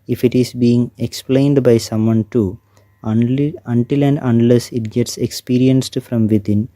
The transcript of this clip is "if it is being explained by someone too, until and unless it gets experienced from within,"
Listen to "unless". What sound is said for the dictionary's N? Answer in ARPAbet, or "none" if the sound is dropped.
N